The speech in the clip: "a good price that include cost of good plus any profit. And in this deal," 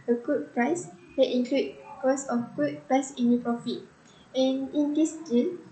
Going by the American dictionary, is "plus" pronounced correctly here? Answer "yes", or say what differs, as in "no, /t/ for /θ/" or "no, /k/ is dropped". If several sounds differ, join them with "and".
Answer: no, /l/ is dropped